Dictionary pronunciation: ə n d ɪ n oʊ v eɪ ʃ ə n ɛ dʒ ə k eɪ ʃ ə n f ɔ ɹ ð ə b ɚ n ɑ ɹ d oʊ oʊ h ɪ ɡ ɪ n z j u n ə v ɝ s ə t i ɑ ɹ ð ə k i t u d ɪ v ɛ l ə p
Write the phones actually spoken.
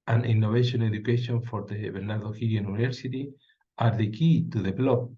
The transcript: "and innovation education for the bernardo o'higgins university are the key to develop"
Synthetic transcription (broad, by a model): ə n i n oʊ b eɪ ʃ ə n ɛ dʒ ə k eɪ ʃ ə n f ɔ ɹ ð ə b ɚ n ɑ ɹ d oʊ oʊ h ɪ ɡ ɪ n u n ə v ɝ s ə t i ɑ ɹ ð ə k i t u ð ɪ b l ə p